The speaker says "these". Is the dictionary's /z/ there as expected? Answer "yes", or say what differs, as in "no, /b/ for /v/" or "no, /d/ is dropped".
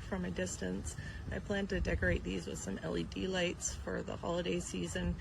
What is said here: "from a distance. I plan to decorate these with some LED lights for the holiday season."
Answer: yes